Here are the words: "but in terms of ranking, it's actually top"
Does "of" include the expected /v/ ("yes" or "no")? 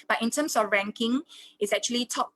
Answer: no